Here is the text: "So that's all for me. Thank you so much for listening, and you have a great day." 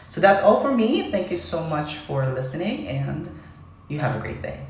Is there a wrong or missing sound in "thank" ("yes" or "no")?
no